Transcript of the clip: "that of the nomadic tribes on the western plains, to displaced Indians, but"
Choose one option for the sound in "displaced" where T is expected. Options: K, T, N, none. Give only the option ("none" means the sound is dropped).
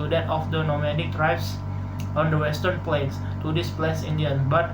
none